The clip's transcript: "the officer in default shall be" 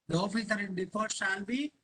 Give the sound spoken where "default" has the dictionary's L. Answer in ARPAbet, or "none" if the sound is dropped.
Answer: none